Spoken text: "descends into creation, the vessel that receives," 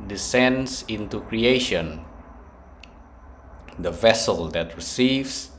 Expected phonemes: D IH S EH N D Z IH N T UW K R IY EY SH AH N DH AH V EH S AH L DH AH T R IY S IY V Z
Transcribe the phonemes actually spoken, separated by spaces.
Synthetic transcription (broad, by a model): D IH S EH N D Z IH N T UW K R IY EY SH AH N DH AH V EH S AH L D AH T R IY S IY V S